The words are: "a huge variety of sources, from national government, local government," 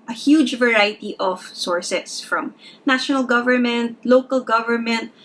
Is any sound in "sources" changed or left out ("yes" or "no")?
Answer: yes